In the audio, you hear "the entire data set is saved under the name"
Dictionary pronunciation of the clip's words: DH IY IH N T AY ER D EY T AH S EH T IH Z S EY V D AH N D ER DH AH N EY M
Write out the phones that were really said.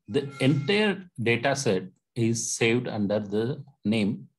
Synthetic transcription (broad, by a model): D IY IH N T AY ER D EY T AH S EH T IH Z S EY V D AH N D ER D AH N EY M